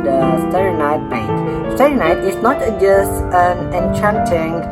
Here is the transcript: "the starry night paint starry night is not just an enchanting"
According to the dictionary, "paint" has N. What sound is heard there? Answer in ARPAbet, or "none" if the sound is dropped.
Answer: none